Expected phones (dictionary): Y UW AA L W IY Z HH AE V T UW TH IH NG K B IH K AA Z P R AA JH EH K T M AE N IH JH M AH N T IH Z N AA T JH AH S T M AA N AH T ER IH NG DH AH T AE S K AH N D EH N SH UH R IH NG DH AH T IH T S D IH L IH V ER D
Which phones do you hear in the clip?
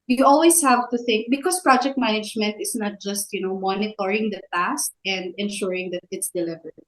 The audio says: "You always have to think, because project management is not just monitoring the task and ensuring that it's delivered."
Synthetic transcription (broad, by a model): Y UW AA L W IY S HH AE V T UW TH IH NG K B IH K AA S P R AA JH EH K T M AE N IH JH M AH N T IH S N AA T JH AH S T M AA N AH T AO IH NG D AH T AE S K AH N D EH N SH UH R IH NG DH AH T IH T S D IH L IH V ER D